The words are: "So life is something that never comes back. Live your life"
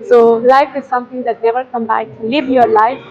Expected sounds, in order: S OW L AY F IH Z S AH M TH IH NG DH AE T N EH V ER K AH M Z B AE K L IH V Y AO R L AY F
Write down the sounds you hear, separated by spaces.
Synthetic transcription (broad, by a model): S OW L AY F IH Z S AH M T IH NG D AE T N EH V ER K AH M B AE K L IH V Y AO R L AY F